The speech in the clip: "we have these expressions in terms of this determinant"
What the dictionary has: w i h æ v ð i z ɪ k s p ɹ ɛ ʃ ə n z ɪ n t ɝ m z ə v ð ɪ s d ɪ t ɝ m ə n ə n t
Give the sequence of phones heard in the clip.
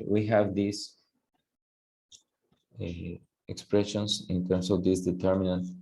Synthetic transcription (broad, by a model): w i h æ v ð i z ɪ k s p ɹ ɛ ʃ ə n s ɪ n t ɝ m s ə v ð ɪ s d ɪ t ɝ m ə n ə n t